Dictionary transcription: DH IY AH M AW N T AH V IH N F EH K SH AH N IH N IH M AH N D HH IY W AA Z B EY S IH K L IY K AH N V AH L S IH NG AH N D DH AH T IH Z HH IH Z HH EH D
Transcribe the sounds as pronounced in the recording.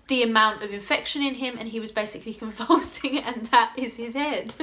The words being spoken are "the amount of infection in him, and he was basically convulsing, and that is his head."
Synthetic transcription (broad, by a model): DH IY AH M AW N T AH V IH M F EH K SH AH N IH N IH M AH N IY W AA Z B EY S IH K L IY K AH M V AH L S IH NG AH N DH AH T IH Z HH IH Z HH EH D